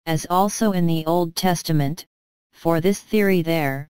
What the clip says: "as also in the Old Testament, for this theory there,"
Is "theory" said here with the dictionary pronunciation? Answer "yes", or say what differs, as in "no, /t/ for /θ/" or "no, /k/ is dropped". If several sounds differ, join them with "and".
yes